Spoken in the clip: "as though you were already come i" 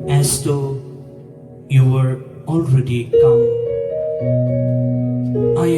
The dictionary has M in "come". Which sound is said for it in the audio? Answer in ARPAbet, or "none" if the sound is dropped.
none